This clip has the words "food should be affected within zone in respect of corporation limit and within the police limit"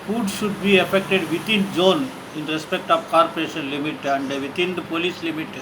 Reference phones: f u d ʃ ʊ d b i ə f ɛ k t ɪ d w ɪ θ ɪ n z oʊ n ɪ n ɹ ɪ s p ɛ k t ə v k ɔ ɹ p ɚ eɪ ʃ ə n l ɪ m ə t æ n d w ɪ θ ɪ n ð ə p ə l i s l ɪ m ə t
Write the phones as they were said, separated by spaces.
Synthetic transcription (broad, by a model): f u d ʃ ʊ d b i ə f ɛ k t ɪ d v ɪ t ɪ n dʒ oʊ n ɪ n ɹ ɪ s p ɛ k t ə v k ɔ ɹ p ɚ eɪ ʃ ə n l ɪ m ə t æ n d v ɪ t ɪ n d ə p ə l i s l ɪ m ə t